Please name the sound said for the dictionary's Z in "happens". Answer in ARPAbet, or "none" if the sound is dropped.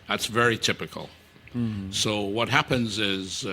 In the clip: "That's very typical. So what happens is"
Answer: Z